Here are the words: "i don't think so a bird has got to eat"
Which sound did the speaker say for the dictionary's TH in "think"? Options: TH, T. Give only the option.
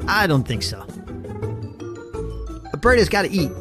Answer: TH